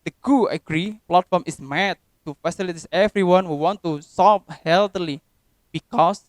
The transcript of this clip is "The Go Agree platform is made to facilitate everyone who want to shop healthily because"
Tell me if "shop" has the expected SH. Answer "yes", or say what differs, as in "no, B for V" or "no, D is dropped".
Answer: no, S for SH